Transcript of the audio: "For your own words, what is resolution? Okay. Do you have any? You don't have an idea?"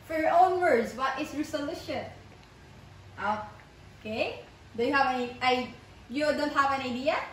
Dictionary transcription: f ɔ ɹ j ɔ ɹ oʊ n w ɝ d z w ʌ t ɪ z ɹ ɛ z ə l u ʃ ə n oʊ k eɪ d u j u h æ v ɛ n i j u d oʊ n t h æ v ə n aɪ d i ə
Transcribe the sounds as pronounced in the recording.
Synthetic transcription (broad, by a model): f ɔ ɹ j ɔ ɹ oʊ n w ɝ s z w ʌ t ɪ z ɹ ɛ s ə l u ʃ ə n oʊ k eɪ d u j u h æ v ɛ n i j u d oʊ n t h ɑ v ə n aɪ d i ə